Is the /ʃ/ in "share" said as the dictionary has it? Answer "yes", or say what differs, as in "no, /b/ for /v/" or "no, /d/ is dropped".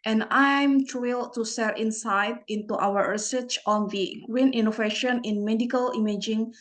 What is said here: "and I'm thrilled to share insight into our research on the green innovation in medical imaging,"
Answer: no, /s/ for /ʃ/